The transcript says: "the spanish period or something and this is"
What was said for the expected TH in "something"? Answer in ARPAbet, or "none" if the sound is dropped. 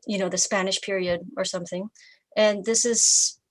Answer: TH